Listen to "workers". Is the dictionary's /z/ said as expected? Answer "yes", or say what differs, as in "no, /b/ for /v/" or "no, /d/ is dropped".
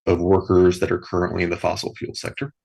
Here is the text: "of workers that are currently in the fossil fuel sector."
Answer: yes